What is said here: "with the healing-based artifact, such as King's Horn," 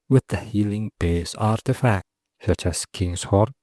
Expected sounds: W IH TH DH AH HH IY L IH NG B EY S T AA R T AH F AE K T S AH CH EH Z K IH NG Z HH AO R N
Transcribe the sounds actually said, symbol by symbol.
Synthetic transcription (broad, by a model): W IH DH AH HH IY L IH NG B EY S AA R T AH F AE K T S AH CH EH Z K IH NG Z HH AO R